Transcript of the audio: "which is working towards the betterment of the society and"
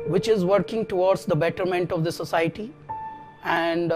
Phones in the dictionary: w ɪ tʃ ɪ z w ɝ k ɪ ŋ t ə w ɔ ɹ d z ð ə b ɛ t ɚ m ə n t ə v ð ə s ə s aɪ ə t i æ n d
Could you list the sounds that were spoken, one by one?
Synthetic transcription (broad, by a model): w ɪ tʃ ɪ z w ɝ k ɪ ŋ t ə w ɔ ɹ d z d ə b ɛ t ɚ m ə n t ə v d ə s ə s aɪ ə t i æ n d